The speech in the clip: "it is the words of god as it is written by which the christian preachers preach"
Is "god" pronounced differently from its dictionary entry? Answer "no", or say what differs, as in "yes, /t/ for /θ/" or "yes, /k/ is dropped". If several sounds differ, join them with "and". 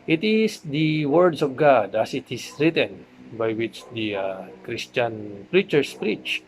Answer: no